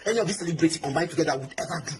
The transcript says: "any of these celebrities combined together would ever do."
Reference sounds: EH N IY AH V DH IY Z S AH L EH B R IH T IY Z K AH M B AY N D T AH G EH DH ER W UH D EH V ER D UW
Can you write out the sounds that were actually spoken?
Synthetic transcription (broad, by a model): EH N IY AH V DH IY S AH L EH B R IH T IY K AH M B AY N T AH G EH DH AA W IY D EH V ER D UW